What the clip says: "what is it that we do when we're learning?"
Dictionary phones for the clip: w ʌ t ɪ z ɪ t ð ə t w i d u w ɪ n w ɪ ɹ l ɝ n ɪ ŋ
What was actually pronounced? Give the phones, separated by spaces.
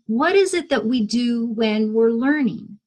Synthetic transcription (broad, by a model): w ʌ t ɪ z ɪ t ð ə t w i d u w ɪ n w ɪ ɹ l ɝ n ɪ ŋ